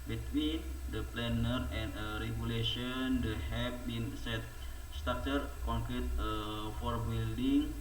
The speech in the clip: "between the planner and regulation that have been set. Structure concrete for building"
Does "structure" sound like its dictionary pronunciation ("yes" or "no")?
no